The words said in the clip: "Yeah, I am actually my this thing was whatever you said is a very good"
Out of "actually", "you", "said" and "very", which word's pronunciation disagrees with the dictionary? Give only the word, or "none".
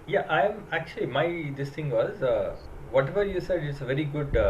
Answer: none